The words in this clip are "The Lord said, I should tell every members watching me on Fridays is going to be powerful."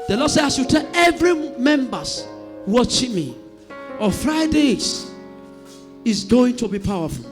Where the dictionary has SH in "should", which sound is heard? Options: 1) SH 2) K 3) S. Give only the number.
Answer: 3